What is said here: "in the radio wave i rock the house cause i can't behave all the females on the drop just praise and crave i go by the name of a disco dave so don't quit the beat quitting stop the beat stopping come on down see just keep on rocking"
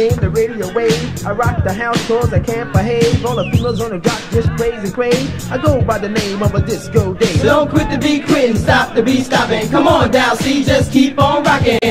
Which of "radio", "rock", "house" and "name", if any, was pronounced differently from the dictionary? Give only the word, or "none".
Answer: none